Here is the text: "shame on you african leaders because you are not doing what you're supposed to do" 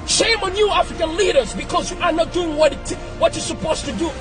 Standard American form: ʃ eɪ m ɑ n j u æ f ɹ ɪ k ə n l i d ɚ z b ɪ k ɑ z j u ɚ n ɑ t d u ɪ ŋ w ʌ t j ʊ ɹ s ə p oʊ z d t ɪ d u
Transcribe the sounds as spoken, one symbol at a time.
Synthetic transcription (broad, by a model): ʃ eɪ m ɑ n j u æ f ɹ ɪ k ə n l i d ɚ z b ɪ k ɑ z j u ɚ n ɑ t d u ɪ ŋ w ʌ t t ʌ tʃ s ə p oʊ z t ɪ d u